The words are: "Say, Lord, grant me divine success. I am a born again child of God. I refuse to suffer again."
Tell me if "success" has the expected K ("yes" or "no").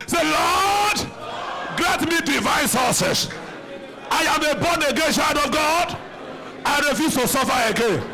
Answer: no